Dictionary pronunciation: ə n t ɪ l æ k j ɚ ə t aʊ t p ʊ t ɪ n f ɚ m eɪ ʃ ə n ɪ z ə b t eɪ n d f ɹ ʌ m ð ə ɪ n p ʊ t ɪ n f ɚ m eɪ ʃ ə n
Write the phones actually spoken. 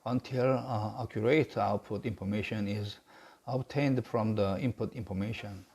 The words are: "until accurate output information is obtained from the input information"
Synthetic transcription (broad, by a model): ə n t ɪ l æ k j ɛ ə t aʊ t p ʊ t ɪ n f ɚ m eɪ ʃ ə n ɪ z ə b t eɪ n d f ɹ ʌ m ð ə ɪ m p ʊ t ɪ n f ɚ m eɪ ʃ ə n